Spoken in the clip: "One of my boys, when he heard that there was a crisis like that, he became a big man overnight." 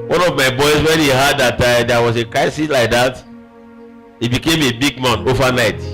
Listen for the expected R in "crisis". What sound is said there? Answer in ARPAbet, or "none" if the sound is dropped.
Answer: none